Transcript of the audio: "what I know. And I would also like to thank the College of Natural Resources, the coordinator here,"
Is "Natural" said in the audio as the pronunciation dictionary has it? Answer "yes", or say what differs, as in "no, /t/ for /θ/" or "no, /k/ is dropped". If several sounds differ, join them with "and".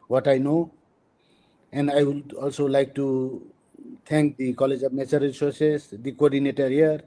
no, /ɹ/ is dropped